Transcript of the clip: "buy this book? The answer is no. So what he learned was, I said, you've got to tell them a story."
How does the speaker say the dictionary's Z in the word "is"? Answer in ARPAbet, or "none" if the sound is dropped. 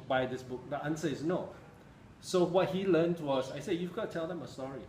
S